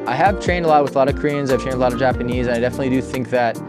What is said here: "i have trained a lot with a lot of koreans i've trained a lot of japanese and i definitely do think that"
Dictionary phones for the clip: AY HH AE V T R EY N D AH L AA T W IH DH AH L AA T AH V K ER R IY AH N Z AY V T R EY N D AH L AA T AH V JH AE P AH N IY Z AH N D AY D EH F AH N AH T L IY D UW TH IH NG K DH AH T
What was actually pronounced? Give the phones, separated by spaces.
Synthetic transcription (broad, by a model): AY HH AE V T R EY N D AH L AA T W IH DH AH L AA T AH V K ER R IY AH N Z AY V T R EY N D AH L AA T AH V JH AE P AH N IY Z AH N AY D EH F AH N AH T L IY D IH TH IH NG K DH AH T